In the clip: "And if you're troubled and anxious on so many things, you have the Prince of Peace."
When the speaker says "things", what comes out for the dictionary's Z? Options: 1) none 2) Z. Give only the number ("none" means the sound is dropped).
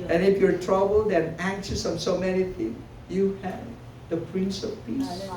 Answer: 1